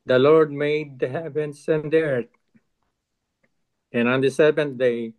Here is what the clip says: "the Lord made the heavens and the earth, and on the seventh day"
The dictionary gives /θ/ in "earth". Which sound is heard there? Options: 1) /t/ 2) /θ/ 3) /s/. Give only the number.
1